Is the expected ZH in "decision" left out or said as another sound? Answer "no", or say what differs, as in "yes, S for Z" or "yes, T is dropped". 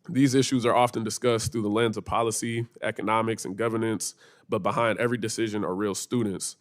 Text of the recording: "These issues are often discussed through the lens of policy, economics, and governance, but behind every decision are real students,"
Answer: no